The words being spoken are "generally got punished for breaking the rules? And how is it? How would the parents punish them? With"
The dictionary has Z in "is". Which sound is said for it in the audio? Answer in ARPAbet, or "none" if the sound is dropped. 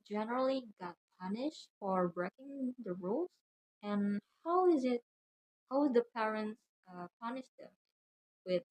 Z